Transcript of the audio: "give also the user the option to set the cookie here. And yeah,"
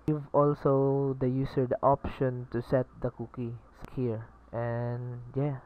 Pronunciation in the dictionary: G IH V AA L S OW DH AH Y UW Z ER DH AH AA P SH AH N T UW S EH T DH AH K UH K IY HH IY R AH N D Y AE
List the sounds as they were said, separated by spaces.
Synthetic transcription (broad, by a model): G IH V AA L S OW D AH Y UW S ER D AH AA P SH AH N T UW S EH T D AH K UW K IY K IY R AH N Y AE